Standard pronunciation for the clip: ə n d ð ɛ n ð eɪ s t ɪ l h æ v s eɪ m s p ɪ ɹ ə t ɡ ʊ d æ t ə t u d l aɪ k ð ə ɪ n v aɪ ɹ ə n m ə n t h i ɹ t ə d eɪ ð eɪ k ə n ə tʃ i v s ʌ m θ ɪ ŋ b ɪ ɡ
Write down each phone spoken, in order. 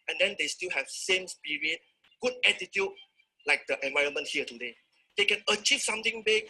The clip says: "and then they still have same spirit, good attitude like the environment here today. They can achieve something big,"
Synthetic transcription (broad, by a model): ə n d ɛ n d eɪ s t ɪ l h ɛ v s eɪ m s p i ɹ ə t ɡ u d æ t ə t u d l aɪ k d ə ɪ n v aɪ ɹ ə n m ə n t h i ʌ t ə d eɪ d eɪ k ə n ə tʃ i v s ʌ m t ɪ ŋ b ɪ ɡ